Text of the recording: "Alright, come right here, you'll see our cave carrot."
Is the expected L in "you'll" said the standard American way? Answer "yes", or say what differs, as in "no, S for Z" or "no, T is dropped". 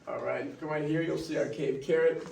yes